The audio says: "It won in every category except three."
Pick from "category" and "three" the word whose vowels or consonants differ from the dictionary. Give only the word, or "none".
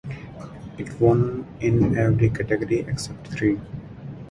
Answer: three